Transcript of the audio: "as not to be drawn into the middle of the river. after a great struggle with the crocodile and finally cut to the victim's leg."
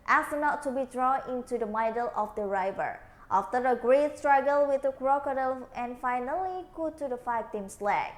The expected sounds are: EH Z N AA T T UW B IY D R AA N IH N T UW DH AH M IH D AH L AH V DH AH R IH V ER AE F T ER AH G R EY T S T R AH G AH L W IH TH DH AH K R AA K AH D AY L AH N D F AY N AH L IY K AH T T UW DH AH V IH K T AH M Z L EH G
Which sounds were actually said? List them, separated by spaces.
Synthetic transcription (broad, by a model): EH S N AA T T UW B IY D R AA N IH N T UW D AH M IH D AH L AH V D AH R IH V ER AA F T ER AH G R EY T S T R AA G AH L W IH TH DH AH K R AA K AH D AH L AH N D F AY N AH L IY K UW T T UW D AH F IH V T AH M S L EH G